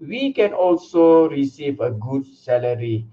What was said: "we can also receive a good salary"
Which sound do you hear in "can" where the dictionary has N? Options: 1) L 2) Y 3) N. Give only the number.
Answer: 3